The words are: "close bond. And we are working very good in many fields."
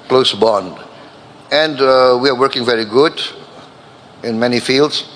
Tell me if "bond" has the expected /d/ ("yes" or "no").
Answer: yes